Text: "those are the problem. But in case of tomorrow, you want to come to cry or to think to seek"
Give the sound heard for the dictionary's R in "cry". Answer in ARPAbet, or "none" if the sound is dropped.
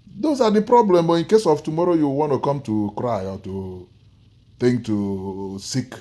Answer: R